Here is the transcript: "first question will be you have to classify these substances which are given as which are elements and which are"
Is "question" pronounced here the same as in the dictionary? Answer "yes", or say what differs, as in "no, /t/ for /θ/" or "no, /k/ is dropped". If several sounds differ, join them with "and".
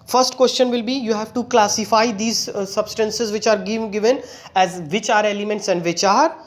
yes